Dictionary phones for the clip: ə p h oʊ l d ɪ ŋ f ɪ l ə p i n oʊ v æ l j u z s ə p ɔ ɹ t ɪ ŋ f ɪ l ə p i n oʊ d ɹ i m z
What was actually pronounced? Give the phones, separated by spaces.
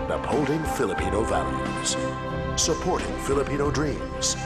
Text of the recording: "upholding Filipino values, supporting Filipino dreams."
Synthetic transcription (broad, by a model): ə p h oʊ l d ɪ ŋ f ɪ l ə p i n oʊ v æ l j u z s ə p ɔ ɹ t ɪ ŋ f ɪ l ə p i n oʊ d ɹ i m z